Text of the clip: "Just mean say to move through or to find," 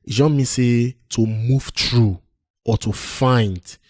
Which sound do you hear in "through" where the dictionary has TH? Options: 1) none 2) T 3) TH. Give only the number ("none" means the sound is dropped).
2